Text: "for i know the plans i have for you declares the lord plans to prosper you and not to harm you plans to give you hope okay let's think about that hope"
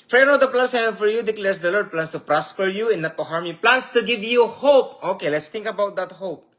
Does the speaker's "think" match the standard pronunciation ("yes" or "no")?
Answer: no